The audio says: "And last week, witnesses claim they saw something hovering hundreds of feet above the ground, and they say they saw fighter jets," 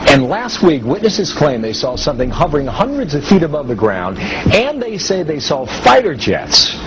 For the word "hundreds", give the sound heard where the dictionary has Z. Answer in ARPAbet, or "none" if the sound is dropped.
Z